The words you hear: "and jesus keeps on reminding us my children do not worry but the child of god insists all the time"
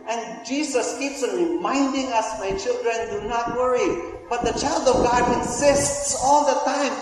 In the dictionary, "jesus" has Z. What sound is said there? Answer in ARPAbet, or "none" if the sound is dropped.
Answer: S